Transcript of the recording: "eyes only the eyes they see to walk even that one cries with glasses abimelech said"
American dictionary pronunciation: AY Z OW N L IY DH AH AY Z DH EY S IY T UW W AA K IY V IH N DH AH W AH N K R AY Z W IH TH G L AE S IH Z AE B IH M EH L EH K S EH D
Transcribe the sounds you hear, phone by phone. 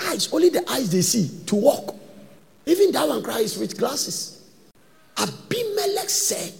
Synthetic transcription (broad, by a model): AY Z OW N L IY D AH AY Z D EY S IY T UW W AA K IY V IH N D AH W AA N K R AY S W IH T G L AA S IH S AE B IH M EH L EH K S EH